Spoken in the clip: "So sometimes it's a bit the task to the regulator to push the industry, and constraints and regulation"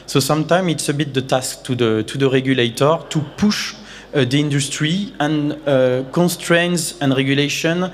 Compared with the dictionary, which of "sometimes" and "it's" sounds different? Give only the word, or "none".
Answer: sometimes